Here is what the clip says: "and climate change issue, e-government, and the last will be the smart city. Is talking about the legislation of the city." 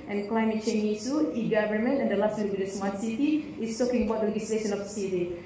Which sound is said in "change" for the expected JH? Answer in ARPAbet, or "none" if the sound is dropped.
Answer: none